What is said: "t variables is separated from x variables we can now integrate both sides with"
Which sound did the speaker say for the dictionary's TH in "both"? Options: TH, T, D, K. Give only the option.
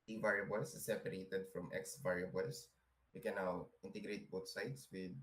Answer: T